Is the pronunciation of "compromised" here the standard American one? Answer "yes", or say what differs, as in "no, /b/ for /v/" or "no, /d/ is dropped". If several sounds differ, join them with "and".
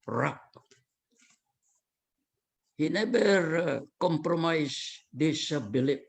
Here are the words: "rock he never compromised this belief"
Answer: no, /s/ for /z/